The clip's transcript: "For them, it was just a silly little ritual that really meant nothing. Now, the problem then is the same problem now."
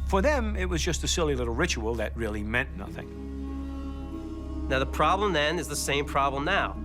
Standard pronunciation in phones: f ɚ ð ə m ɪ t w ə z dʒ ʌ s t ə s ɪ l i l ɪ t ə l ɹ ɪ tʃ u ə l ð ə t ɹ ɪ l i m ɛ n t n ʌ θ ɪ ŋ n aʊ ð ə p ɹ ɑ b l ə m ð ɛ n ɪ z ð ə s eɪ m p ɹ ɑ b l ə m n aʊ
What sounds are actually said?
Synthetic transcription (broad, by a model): f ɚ ð ə m ɪ t w ə z dʒ ʌ s t ə s ɪ l i l ɪ t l ɹ ɪ tʃ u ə l ð ə t ɹ ɪ l i m ɛ n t n ʌ θ ɪ ŋ n aʊ ð ə p ɹ ɑ b l ə m ð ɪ n ɪ z ð ə s eɪ m p ɹ ɑ b l ə m n aʊ